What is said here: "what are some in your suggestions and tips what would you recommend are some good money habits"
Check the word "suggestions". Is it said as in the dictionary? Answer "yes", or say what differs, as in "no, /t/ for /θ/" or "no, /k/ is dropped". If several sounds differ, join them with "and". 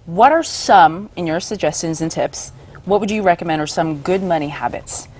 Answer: yes